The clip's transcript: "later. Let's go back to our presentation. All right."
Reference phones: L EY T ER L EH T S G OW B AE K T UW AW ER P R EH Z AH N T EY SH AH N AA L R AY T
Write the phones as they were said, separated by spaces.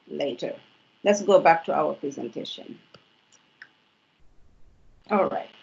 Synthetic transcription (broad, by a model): L EY T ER L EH T S G OW B AE K T UW AW ER P R EH Z AH N T EY SH AH N AA L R AY T